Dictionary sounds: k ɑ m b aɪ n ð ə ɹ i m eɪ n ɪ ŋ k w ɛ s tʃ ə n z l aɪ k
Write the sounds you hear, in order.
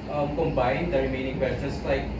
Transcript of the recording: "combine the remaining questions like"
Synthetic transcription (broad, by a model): k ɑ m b aɪ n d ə ɹ i m eɪ n ɪ ŋ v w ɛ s ə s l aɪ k